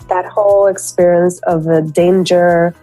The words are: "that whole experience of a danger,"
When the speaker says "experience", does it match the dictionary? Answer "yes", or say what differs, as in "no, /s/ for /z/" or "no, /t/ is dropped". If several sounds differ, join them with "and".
yes